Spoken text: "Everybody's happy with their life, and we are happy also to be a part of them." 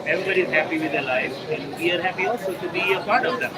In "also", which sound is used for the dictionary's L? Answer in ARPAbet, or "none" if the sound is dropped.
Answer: none